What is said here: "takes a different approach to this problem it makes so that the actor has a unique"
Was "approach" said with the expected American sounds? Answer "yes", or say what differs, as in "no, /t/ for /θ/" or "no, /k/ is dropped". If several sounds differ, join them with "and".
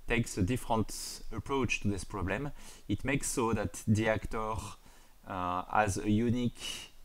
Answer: yes